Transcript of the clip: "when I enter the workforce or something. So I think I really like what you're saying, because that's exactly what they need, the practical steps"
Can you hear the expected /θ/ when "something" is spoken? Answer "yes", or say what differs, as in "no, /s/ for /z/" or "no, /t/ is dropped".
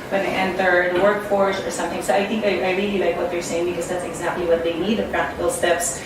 yes